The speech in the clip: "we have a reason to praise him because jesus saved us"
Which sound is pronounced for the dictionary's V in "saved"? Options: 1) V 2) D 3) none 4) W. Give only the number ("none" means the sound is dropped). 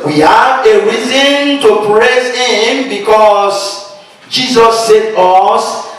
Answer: 3